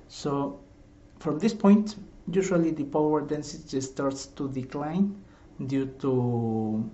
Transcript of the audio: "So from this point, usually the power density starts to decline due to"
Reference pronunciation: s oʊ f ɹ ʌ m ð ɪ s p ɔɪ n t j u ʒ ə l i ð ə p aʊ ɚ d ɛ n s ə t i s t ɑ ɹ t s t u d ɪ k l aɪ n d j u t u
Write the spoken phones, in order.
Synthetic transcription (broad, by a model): s oʊ f ɹ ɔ m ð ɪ s p ɔɪ n t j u ʃ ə l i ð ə p aʊ ɚ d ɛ n s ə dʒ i s t ɑ ɹ t s t u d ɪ k l aɪ n d j u t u